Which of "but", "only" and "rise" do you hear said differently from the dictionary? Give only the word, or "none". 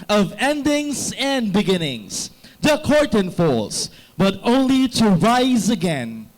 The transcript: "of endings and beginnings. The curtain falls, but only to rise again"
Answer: none